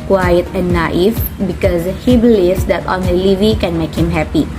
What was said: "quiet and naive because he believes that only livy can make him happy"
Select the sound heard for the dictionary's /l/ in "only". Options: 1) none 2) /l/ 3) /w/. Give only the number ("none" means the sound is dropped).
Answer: 1